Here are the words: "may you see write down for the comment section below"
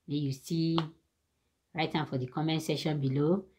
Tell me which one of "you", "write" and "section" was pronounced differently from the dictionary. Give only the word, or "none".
section